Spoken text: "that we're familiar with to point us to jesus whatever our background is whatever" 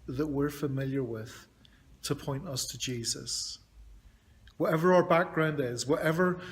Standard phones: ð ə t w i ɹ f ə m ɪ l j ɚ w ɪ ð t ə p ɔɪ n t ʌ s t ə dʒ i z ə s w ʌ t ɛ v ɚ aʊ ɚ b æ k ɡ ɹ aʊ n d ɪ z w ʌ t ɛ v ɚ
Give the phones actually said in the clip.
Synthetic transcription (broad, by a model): ð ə t w i ɹ f ə m ɪ l j ɚ w ɪ ð t ə p ɔɪ n t ʌ s t ə dʒ i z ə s w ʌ t ɛ v ɚ aʊ ɚ b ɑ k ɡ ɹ aʊ n d ɪ z w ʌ t ɛ v ɚ